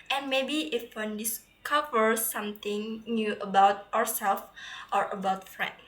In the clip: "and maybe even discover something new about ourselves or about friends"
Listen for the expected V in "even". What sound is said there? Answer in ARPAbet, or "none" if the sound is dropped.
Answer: F